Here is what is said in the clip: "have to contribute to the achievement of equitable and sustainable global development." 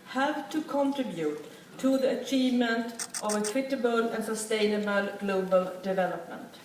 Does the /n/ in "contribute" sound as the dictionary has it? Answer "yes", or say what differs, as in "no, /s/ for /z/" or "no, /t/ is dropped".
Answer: yes